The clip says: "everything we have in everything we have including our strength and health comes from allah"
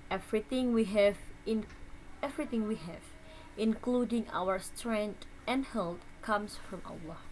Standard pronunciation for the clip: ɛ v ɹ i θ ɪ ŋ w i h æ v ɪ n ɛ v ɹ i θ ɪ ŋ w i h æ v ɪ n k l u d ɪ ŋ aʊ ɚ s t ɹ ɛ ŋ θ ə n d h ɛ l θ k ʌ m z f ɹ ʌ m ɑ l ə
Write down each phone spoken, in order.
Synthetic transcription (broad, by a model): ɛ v ɹ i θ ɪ ŋ w i h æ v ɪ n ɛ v ɹ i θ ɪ ŋ w i h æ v ɪ n k l u d ɪ ŋ aʊ ɚ s t ɹ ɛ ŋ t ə n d h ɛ l t k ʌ m s f ɹ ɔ m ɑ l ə